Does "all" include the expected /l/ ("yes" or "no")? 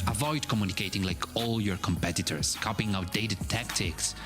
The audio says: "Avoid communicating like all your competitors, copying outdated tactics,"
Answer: yes